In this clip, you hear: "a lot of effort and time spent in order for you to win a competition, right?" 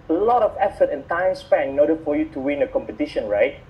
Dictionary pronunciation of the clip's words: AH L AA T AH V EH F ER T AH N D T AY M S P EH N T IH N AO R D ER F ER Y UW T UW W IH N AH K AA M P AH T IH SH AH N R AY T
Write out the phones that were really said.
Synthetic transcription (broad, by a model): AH L AA T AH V EH F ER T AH N T AY M S P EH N IH N AO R D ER F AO Y UW T UW W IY N AH K AA M P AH T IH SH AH N R AY T